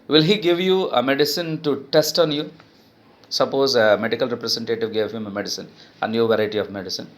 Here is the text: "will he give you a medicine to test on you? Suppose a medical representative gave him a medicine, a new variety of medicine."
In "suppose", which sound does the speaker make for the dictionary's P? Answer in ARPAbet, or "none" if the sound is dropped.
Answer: P